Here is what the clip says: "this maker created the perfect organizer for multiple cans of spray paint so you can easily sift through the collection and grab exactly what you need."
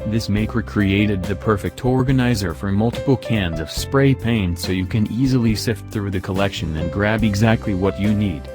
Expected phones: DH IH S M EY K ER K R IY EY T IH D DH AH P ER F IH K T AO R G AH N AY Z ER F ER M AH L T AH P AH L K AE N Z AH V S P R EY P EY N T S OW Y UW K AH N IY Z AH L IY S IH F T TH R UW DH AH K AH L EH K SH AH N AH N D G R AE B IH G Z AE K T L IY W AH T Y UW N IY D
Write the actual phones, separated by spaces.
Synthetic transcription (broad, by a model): DH IH S M EY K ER K R IY EY T IH D DH AH P ER F IH K T AO R G AH N AY Z ER F ER M AH L T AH P L K AE N Z AH V S P R EY P EY N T S OW Y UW K AH N IY Z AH L IY S IH F T TH R UW DH AH K AH L EH K SH AH N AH N G R AE B IH G Z AE K T L IY W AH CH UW N IY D